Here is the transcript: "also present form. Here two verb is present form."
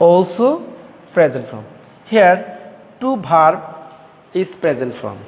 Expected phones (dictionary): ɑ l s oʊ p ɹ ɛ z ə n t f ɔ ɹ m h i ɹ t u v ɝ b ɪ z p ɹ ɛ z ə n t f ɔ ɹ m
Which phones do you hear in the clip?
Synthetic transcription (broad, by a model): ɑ l s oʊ p ɹ ɛ z ə n t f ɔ m h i ɹ t u b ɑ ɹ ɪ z p ɹ ɛ z ə n t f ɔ m